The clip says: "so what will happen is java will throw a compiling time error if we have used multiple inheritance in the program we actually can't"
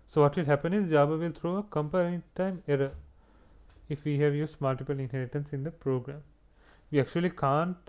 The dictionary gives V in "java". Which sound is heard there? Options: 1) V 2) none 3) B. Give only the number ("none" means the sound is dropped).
3